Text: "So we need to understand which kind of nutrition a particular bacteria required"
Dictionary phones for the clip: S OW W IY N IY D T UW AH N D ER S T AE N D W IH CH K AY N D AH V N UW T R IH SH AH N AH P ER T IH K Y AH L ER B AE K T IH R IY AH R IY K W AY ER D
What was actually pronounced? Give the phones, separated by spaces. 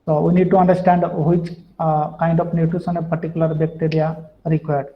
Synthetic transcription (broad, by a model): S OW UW N IY D T UW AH N D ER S T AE N D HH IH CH K AY N D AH F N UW T UW S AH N AH P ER T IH K Y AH L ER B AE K T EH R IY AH R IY K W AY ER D